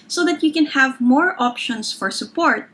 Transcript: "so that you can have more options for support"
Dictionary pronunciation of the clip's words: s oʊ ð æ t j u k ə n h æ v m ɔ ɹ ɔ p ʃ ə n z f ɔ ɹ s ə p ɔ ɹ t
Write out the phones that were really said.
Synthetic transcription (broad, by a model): s oʊ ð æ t j u k ə n h æ v m ɔ ɹ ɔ p ʃ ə n s f ɔ ɹ s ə p ɔ ɹ t